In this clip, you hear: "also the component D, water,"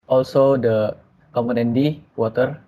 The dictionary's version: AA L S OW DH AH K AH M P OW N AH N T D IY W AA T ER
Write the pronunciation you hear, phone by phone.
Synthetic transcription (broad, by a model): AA L S OW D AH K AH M OW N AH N D IY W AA T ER